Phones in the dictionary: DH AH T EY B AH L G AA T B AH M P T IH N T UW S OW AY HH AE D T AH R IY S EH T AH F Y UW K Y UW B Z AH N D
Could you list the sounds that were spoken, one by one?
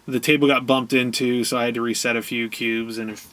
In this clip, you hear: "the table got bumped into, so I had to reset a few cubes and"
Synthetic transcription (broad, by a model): DH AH T EY B L G AA T B AH M P T IH N T UW S OW AY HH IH D T AH R IY S EH T AH F Y UW K Y UW B Z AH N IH